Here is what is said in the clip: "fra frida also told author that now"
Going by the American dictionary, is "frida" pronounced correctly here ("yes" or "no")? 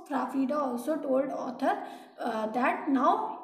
no